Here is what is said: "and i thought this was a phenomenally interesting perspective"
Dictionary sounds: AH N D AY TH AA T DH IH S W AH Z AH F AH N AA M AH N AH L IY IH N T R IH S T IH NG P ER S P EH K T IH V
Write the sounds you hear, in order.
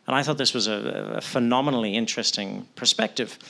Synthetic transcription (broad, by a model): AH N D AY TH AA T DH IH S W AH Z AH F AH N AA M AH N L IY IH N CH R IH S T IH NG P ER S P EH K T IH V